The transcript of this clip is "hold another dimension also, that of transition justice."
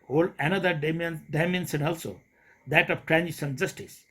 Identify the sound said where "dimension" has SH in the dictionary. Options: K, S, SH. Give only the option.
S